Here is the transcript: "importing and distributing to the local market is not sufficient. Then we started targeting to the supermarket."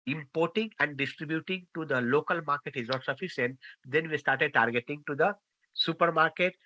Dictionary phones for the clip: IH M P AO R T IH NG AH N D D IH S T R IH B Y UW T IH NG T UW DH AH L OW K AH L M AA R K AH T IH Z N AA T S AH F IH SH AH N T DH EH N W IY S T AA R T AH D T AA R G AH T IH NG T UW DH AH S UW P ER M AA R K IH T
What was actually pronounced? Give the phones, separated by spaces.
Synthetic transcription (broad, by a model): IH M P AO R T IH NG AH N D D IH S T R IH B Y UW T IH NG T UW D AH L OW K AH L M AA R K AH T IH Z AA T S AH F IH S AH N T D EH N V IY S T AA R T AH D T AA R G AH T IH NG T UW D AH S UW P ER M AA R K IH T